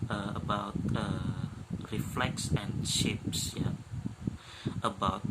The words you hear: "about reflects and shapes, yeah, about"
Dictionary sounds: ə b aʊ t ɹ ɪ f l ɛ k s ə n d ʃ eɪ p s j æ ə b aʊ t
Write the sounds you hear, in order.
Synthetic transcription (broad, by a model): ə b aʊ t ɹ ɪ f l ɛ k s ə n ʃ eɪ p s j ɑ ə b aʊ t